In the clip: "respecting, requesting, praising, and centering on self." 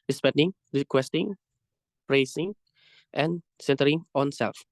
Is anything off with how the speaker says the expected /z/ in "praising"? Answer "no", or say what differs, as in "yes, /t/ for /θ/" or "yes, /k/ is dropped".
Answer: yes, /s/ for /z/